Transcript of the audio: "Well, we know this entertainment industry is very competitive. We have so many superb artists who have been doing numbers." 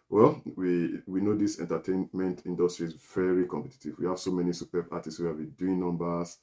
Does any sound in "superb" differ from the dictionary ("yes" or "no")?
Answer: yes